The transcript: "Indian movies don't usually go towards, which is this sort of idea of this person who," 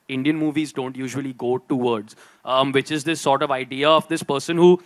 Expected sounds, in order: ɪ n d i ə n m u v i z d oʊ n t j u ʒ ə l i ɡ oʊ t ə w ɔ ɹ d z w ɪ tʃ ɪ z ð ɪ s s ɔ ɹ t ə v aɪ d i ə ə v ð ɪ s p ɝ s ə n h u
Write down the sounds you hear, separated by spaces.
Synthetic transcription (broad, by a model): ɪ n d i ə n m u v i z d oʊ n t j u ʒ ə l i ɡ oʊ t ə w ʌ ɹ d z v ɪ tʃ ɪ z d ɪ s s ɔ ɹ t ə v aɪ d i ə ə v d ɪ s p ɝ s ə n h u